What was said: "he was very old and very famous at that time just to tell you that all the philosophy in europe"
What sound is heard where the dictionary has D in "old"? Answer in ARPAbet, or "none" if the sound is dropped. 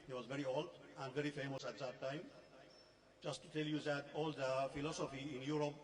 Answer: none